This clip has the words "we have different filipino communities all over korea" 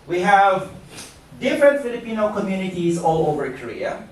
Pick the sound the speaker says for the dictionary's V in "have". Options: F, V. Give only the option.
V